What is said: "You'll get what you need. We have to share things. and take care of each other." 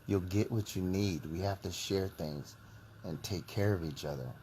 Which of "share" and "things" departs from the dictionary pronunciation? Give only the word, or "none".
none